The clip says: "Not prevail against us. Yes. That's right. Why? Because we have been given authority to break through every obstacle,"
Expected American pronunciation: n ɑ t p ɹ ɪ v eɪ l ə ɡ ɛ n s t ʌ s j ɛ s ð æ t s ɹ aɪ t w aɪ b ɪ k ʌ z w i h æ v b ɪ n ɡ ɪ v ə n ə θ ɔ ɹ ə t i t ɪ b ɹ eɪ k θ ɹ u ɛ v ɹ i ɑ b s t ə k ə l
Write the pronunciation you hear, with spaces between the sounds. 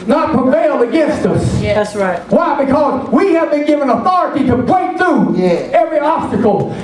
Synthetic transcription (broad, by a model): n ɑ t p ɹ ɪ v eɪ l ə ɡ ɛ n s t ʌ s s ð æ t s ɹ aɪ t w aɪ b ɪ k ʌ z w i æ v b ɪ n ɡ ɪ v ə n ə θ ɔ ɹ ə t i t ɪ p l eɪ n θ ɹ u ɛ v ɹ i ɑ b s t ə k l